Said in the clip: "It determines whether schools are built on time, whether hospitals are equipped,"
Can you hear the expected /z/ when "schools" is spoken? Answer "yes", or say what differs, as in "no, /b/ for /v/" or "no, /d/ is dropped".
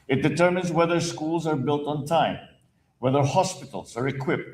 yes